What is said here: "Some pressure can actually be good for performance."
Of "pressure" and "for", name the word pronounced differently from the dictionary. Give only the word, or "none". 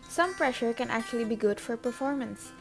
none